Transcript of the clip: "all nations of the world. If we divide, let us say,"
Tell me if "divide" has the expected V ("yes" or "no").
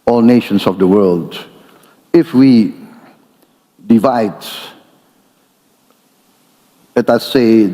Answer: yes